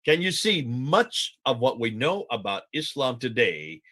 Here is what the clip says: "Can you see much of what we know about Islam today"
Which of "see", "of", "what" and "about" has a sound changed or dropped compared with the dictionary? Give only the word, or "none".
none